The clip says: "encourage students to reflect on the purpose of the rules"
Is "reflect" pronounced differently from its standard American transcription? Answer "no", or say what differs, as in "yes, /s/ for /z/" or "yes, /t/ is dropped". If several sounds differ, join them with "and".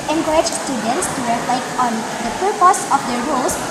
no